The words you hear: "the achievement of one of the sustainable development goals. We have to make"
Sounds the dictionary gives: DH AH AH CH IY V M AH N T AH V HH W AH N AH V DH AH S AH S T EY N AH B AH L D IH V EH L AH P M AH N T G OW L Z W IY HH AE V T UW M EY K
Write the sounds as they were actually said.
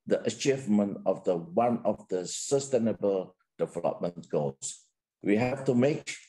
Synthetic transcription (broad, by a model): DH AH AH CH IY V M AH N T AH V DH W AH N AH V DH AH S AH S T EY N AH B AH L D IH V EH L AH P M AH N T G OW L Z W IY HH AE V T UW M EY K